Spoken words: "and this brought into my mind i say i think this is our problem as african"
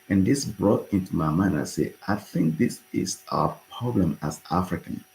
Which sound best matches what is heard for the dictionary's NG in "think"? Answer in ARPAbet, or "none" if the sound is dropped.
NG